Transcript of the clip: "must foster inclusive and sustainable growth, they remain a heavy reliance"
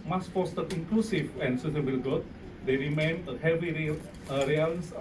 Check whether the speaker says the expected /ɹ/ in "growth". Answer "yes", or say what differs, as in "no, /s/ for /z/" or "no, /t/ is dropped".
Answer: no, /ɹ/ is dropped